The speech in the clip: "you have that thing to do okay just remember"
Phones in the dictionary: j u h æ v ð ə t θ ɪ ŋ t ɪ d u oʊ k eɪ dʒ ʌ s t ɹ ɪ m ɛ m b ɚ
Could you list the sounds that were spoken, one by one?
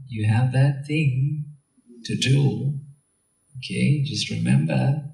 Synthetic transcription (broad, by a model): j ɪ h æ v ð ə t θ ɪ ŋ t ɪ d u oʊ k eɪ dʒ ʌ s t ɹ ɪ m ɛ m b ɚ